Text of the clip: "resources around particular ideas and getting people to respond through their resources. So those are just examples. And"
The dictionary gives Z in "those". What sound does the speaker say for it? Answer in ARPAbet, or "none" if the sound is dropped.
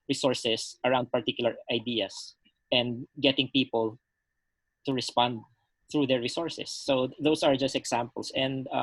S